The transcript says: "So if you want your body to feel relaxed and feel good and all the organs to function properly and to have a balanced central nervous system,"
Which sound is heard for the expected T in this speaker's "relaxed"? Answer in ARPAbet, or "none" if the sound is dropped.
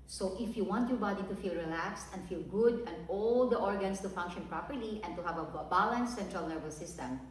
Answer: T